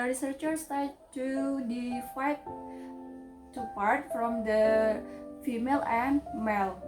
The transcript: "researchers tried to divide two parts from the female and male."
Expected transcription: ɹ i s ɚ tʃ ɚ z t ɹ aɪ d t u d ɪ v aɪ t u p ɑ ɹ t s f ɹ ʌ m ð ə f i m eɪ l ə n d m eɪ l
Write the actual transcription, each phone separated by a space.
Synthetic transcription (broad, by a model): ɹ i s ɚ tʃ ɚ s t aɪ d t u d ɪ f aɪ t u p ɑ ɹ t f ɹ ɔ m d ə f i m eɪ l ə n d m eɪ l